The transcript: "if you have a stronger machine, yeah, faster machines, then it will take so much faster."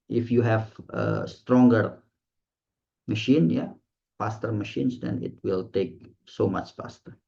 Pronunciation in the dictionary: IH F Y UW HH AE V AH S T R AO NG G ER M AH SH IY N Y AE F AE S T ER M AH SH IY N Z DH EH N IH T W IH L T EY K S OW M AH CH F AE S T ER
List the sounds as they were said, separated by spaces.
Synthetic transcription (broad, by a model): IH F Y UW HH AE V AH S T R AO NG G ER M AH SH IY N Y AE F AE S T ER M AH SH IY N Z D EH N IH T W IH L T EY K S OW M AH CH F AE S T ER